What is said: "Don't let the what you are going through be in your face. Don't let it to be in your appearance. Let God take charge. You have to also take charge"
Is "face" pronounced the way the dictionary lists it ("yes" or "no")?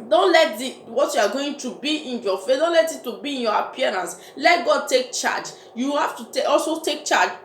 no